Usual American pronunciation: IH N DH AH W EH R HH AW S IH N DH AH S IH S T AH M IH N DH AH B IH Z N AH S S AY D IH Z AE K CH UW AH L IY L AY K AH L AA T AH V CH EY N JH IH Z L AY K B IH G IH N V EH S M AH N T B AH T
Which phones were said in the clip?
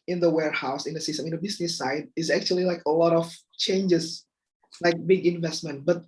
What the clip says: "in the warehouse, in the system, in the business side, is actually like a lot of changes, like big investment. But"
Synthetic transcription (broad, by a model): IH N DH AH W EH R HH AW S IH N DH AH S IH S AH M IH N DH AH B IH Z N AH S S AY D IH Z AE K CH UW AH L IY L AY K AH L AA T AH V CH EY N JH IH S L AY K B IH G IH N V EH S M AH N T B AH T